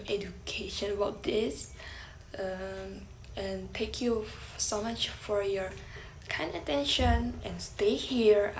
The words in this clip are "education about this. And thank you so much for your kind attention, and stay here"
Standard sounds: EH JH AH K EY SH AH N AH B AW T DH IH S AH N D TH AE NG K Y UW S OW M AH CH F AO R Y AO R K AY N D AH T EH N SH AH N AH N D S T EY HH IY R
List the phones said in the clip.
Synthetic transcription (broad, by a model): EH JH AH K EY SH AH N AH B AW T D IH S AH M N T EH K Y UW S OW M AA CH F AO R Y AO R K AY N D AH T EH N SH AH N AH N S T EY HH IY R